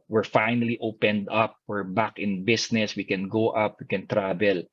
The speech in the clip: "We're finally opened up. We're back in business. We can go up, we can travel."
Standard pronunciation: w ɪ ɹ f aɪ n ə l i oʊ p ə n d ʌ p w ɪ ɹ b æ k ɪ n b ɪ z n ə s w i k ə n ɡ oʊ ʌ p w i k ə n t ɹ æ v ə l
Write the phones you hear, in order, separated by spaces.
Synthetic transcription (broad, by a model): w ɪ ɹ f aɪ n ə l i oʊ p ə n d ʌ p w ɪ ɹ b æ k ɪ n b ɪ s n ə s w i k ə n ɡ oʊ ʌ p w i k ə n t ɹ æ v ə l